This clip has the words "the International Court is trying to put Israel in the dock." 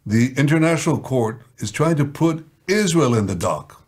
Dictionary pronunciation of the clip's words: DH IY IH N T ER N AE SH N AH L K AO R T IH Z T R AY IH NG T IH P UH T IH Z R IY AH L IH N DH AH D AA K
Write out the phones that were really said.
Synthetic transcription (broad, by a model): DH IY IH N T ER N AE SH N L K AO R T IH Z T R AY IH NG T IH P UH T IH Z R IY AH L IH N DH AH D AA K